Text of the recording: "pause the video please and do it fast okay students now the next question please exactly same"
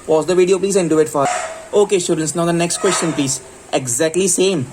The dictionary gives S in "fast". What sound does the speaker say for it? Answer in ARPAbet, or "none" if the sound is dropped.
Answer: none